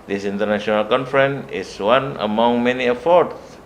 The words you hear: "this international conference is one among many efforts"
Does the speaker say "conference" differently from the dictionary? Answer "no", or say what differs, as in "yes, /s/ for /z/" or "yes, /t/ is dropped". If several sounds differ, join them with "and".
yes, /s/ is dropped